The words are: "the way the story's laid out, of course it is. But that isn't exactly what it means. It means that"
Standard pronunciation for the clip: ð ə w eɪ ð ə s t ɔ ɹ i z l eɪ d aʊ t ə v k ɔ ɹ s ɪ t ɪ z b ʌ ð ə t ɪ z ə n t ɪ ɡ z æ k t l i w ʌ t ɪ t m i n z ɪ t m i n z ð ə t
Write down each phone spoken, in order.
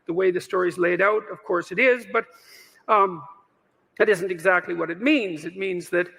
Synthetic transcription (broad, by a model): ð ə w eɪ ð ə s t ɔ ɹ i z l eɪ d aʊ t ə v k ɔ ɹ s ɪ t ɪ z b ʌ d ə t ɪ z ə n t ɪ ɡ z æ k t l i w ʌ t ɪ t m i n z ɪ t m i n z ð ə t